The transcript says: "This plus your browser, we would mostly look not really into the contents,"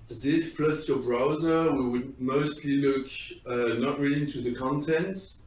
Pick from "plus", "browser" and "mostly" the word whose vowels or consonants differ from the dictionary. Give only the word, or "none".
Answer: none